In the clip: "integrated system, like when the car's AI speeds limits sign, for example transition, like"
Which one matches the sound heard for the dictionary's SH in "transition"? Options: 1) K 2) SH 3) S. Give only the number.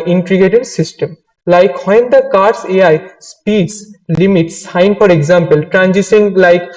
3